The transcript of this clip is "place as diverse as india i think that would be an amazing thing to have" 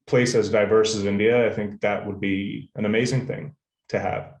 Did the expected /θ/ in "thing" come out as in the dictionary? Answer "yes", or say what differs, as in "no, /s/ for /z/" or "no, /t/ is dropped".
yes